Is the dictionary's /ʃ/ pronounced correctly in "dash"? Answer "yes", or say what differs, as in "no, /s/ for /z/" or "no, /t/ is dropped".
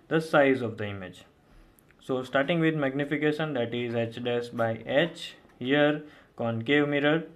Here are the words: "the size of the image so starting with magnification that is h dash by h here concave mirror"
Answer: no, /s/ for /ʃ/